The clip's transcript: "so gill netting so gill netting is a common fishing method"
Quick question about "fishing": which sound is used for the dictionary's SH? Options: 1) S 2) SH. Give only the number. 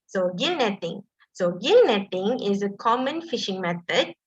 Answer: 2